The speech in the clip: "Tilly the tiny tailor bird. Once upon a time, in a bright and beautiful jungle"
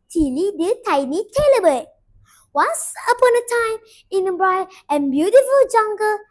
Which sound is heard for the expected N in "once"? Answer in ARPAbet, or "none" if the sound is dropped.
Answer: none